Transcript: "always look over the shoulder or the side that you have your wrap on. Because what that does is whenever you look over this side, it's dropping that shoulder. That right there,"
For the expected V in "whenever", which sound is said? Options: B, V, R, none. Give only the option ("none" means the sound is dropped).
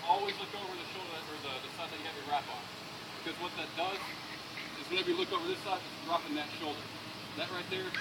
B